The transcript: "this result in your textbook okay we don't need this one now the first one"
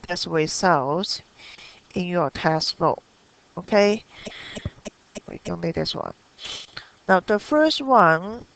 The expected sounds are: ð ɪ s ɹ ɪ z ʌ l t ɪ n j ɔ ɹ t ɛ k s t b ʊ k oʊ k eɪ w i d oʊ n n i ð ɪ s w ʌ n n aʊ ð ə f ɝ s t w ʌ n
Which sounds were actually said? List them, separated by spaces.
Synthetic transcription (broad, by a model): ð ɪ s w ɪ s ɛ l t ɪ n j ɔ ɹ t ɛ s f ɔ oʊ k eɪ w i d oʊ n n i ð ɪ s w ʌ n n aʊ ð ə f ɝ s t w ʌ n